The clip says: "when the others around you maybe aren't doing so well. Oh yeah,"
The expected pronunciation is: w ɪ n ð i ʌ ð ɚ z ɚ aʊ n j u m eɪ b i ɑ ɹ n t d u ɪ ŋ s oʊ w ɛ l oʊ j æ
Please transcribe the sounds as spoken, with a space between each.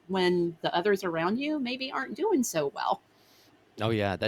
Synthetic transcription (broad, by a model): w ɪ n ð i ʌ ð ɚ z ɚ aʊ n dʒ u m eɪ b i ɑ ɹ n d u ɪ ŋ s oʊ w ɛ l oʊ j æ